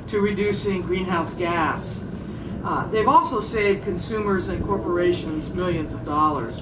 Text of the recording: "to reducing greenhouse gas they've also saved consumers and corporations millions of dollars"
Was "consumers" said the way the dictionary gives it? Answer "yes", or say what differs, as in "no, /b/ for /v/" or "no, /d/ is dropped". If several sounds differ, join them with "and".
yes